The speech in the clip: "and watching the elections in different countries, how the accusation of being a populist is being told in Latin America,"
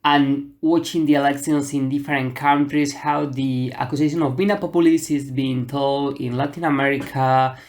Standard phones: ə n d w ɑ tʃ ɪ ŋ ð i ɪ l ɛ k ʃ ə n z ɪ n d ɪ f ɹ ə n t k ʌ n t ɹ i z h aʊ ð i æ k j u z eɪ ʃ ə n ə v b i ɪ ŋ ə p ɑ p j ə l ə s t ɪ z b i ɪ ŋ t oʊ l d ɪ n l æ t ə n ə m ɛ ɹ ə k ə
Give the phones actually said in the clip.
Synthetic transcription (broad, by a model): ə n w ɑ tʃ ɪ ŋ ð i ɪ l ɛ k s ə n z ɪ n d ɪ f ɹ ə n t k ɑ n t ɹ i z h aʊ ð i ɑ k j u s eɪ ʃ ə n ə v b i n ə p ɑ p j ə l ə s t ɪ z b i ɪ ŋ t oʊ l d ɪ n l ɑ t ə n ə m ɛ ɹ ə k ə